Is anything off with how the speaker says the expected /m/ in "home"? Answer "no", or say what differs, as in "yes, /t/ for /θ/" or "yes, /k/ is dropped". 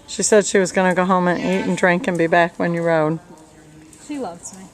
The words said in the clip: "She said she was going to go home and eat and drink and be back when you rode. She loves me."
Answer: no